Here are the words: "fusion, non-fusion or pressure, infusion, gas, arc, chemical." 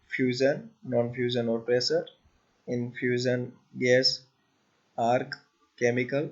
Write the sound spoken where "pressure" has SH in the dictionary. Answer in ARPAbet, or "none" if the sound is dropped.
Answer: S